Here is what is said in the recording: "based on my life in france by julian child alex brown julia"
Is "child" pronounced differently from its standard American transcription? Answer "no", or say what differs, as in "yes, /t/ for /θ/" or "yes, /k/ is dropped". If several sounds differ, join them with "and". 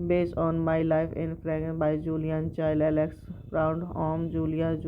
yes, /d/ is dropped